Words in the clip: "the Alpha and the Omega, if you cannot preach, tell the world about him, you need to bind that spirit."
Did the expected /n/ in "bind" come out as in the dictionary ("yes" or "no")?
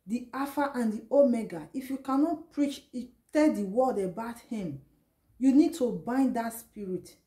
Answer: yes